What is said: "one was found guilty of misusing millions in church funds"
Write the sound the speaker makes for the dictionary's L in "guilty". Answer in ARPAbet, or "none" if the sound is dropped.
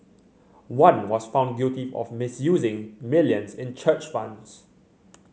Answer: none